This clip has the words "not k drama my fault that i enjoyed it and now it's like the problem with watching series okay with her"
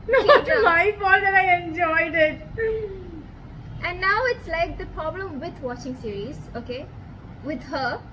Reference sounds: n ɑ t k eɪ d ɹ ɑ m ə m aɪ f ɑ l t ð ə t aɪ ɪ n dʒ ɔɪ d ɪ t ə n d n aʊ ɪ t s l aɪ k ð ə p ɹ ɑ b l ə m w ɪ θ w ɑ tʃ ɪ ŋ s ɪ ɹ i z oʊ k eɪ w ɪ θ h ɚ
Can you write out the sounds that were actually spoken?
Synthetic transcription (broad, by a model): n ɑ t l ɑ ə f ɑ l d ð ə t aɪ ɪ n dʒ ɔɪ d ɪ t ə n n aʊ ɪ t s l aɪ k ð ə p ɹ ɑ b l ə m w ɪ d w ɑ tʃ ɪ ŋ s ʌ ɹ i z oʊ k eɪ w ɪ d h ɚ